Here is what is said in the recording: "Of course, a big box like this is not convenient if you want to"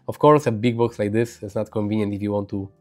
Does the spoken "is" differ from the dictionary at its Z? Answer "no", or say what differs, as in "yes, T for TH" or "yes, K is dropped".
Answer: yes, S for Z